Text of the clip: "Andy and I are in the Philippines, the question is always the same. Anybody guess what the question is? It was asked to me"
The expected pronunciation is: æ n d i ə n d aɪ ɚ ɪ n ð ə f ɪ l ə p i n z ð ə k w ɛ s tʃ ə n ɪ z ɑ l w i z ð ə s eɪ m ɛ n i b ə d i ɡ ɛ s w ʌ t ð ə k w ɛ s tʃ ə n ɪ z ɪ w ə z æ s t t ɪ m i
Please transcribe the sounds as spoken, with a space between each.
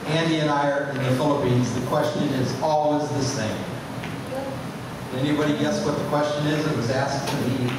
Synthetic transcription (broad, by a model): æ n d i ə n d aɪ ɚ ɪ n ð ə f ɪ l ə p i n z ð ə k w ɛ s tʃ ə n ɪ z ɑ l w i z ð ə s eɪ m ɛ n i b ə d i ɡ ɛ s w ʌ t ð ə k w ɛ s tʃ ə n ɪ z ɪ w ə z æ s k t ɪ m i